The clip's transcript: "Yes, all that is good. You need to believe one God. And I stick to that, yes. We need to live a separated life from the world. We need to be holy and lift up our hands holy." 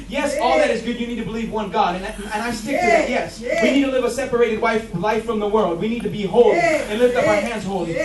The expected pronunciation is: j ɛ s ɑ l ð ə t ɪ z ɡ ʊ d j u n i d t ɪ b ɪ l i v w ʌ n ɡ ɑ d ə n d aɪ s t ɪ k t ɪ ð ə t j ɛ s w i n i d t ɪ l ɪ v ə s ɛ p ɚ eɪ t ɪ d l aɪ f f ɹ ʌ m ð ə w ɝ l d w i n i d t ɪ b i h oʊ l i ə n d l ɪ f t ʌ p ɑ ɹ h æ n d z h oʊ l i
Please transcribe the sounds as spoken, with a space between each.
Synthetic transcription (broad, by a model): j ɛ s ɑ l ð ə t ɪ z ɡ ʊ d j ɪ n i d t ɪ b ɪ l i v w ʌ n ɡ ɑ d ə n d aɪ s t ɪ k t ɪ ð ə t j ɛ s w i n i d t ɪ l ɪ v ə s ɛ p ɚ eɪ t ɪ d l aɪ f f ɹ ʌ m ð ə w ɝ l d w i n i d t ɪ b i h oʊ l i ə n l ɪ f t ʌ p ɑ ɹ h æ n d z h oʊ l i